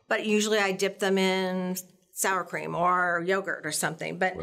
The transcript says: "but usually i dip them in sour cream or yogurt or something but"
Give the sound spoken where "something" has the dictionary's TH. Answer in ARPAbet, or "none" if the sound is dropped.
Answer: TH